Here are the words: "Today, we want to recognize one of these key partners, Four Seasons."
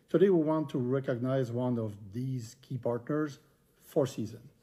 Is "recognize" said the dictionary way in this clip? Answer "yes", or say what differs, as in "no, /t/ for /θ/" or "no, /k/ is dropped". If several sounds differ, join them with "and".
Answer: yes